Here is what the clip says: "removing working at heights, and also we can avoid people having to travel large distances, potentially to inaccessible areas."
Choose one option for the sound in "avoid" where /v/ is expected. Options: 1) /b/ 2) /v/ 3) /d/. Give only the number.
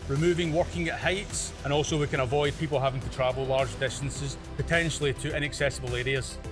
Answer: 2